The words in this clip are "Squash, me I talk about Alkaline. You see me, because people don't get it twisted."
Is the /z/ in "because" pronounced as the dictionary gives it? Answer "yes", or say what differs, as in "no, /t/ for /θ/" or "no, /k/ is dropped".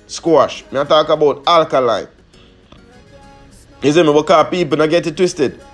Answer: no, /z/ is dropped